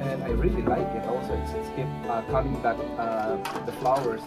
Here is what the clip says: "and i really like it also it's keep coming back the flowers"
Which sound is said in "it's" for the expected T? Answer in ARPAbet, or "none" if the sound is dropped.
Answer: S